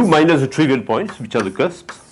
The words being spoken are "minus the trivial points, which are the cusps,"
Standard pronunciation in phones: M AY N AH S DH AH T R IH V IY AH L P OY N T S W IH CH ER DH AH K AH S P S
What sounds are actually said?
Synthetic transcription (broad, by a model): M AY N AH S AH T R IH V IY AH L P OY N T S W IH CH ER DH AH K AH S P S